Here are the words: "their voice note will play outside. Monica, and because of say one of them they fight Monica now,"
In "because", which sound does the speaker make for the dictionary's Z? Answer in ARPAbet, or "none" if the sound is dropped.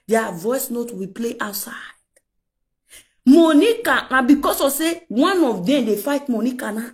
S